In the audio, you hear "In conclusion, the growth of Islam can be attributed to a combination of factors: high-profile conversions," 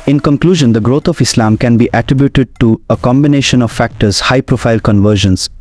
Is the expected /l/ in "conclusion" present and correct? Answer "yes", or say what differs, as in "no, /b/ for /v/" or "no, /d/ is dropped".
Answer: yes